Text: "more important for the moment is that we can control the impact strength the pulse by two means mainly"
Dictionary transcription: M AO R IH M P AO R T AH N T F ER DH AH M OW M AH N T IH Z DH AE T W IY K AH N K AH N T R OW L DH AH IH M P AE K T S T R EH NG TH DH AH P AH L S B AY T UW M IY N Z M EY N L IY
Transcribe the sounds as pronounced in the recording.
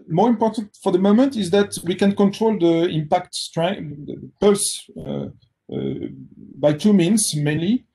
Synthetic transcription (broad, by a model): M AO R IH M P AO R T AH N T F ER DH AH M OW M AH N T IH Z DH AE T W IY K AH N K AH N T R OW L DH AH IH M P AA K T S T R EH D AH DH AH P AH L S B AY T UW M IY N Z M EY N L IY